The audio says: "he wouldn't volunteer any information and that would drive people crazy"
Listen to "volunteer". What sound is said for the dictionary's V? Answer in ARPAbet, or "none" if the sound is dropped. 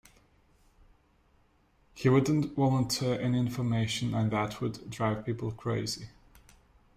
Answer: W